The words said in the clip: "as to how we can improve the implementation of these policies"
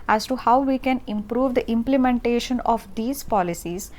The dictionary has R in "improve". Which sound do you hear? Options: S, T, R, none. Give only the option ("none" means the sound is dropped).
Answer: R